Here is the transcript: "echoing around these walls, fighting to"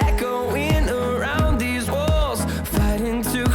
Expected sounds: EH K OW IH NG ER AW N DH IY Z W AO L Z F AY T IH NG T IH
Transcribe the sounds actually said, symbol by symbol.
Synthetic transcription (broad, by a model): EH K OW IH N ER AW N DH IY Z W AO L Z F AY T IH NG T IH